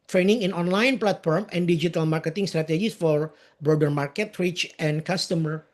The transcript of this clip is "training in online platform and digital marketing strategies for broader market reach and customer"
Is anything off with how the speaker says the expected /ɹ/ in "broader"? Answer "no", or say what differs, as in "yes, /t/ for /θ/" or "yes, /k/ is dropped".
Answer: no